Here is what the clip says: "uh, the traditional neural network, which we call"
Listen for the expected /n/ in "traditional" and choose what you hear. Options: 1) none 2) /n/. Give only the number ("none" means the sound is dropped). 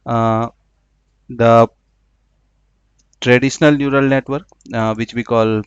2